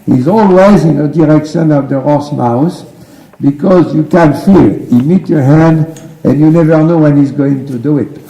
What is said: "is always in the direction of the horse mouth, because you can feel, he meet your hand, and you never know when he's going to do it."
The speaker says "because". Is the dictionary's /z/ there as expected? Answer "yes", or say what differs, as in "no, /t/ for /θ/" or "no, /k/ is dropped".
yes